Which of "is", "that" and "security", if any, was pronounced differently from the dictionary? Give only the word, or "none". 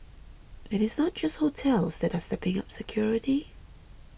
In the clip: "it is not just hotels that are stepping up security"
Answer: none